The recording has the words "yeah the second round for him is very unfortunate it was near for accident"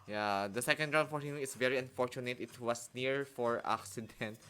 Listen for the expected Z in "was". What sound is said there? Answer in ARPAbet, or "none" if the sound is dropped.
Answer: S